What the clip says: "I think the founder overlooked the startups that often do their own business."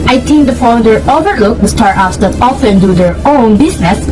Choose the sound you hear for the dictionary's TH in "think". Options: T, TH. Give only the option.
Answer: T